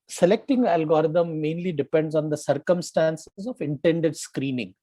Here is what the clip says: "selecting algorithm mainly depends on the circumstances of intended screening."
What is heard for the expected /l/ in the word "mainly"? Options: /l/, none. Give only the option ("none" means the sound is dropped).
/l/